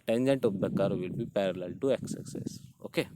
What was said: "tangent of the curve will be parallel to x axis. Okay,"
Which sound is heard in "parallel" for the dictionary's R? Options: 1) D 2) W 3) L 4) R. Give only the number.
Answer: 4